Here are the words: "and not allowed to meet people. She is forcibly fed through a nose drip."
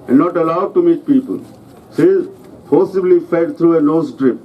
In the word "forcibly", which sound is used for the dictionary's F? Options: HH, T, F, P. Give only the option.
P